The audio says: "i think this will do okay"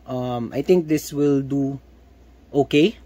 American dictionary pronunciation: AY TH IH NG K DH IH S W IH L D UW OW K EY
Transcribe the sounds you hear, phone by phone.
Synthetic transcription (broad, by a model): AY T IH NG K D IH S W IH L D UW OW K EY